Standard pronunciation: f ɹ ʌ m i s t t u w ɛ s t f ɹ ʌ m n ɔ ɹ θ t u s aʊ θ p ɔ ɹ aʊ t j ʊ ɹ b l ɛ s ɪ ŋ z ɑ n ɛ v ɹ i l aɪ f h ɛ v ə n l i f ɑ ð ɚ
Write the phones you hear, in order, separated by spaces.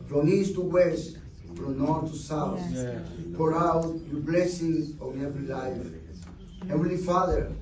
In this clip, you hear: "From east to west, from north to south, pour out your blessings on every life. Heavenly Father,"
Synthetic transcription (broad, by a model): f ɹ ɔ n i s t t u w ɛ s t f ɹ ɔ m n ɔ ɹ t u s aʊ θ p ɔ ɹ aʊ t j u b l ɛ s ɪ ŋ ɑ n ɛ v ɹ i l aɪ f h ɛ w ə l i f ɑ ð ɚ